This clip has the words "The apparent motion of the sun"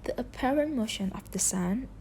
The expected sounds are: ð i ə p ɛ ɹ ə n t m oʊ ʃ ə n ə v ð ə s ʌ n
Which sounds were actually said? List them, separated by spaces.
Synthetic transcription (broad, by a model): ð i ə p ɛ ɹ ə n t m oʊ ʃ ə n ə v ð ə s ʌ n